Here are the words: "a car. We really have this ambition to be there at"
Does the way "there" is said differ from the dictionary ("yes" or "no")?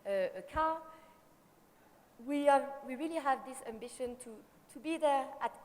no